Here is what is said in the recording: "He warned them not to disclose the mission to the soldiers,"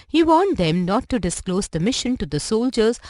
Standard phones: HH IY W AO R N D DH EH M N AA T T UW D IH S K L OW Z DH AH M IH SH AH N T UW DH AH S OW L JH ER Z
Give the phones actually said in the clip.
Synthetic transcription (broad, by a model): HH IY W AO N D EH M N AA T T UW D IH S K L OW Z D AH M IH SH AH N T UW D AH S OW L JH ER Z